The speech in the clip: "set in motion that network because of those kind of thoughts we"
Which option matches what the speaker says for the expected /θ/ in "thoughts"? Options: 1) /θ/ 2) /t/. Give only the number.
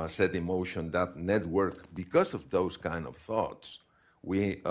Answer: 1